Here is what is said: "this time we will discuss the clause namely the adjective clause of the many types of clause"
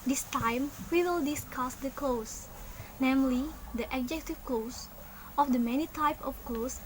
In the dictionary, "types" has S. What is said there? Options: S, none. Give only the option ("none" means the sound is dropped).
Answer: none